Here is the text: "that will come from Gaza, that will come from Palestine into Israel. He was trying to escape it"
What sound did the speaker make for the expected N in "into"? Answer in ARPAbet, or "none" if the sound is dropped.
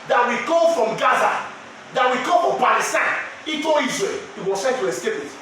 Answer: none